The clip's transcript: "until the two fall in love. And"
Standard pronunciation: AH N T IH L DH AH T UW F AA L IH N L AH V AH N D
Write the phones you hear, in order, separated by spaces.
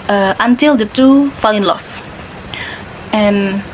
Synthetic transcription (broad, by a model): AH N T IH L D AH T UW F AA L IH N L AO F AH N